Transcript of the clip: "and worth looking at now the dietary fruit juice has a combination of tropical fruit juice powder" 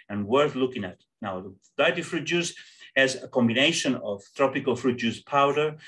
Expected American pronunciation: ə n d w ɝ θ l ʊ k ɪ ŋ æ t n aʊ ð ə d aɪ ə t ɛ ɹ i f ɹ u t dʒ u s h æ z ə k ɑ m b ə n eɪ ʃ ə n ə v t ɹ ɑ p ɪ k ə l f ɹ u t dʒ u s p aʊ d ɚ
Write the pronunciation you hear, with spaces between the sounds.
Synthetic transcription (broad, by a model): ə n w ɝ θ l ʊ k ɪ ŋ æ t n aʊ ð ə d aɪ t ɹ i f ɹ u t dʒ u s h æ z ə k ɑ m b ə n eɪ ʃ ə n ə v t ɹ ɑ p ɪ k ə l f ɹ u t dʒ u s p aʊ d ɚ